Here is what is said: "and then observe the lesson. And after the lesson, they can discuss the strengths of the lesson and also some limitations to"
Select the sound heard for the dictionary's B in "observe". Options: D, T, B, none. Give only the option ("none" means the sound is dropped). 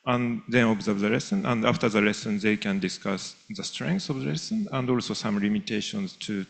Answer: B